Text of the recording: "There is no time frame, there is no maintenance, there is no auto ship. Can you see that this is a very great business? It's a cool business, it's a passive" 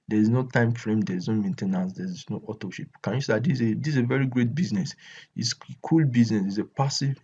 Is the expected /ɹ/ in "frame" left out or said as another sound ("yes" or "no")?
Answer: no